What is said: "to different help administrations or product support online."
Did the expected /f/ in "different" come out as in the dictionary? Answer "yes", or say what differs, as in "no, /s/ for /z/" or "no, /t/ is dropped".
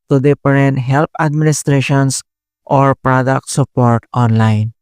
no, /p/ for /f/